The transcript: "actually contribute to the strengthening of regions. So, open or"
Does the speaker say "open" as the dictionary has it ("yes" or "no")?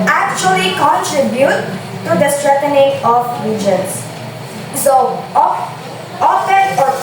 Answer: no